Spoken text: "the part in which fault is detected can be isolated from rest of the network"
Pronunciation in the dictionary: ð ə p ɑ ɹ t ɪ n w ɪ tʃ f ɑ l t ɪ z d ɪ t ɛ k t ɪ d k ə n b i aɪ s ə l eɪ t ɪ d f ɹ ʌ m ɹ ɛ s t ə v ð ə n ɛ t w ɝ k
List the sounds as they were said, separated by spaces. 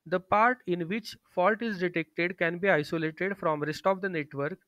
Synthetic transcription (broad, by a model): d ə p ɑ ɹ t ɪ n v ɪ tʃ f ɑ l t ɪ z d ɪ t ɛ k t ɪ d k ə n b i aɪ s ə l eɪ t ɪ d f ɹ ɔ m ɹ ɛ s t ə v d ə n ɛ t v ɝ k